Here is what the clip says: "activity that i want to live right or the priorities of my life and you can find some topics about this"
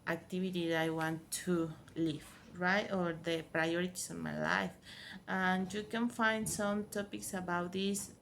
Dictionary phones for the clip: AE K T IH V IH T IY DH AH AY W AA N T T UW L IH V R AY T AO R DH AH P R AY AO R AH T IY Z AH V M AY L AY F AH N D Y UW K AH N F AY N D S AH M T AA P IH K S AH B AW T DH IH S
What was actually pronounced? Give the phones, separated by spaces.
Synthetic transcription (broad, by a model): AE K T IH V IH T IY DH AY W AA N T T UW L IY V R AY T AO R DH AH P R AY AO R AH T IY S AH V M AY L AY F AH N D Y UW K AH N F AY N D S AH M T AA P IH K S AH B AW T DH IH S